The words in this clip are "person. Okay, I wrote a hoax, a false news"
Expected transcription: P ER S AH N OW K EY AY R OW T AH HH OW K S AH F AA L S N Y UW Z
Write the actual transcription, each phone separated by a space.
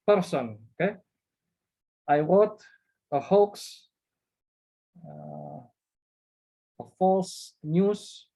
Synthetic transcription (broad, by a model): P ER S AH N OW K EY AY W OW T AH HH OW K S AH F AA S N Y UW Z